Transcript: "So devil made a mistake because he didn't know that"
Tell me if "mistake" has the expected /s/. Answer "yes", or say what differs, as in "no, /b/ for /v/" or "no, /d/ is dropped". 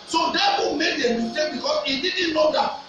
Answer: no, /s/ is dropped